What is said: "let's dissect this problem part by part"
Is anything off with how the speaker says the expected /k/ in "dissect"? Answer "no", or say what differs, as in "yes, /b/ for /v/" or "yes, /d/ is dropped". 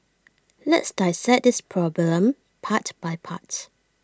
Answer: yes, /k/ is dropped